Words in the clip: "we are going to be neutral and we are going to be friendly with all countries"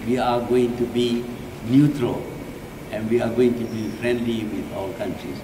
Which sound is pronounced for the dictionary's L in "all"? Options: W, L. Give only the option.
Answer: W